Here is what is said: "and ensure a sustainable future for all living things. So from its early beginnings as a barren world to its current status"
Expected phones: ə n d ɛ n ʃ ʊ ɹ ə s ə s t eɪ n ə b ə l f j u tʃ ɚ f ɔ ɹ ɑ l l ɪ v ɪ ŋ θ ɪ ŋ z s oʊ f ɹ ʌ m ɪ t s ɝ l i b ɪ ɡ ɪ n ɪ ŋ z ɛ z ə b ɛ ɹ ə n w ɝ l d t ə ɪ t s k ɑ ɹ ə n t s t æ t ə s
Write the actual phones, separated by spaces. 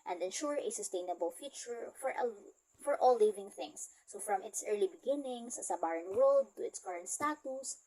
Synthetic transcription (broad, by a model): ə n d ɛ n ʃ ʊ ɹ ə s ə s t eɪ n ə b ə l f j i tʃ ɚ f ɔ ɹ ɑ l l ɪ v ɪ ŋ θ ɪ ŋ s oʊ f ɹ ʌ m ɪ t s ɝ l i b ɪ ɡ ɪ n ɪ ŋ s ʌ s ə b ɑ ɹ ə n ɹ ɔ d t ə ɪ t s k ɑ ɹ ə n t s t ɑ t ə s